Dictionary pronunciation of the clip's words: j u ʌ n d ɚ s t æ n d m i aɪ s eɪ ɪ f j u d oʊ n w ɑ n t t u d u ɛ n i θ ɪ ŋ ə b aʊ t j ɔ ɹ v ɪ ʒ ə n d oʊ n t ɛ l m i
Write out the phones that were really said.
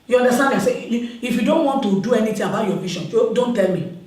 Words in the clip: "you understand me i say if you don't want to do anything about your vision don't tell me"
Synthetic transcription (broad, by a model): j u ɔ n d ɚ s t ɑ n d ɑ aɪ s eɪ ɪ f j u d oʊ n w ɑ n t t u d u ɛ n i t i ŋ ə b aʊ t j ɔ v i ʃ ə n d oʊ n t ɛ l m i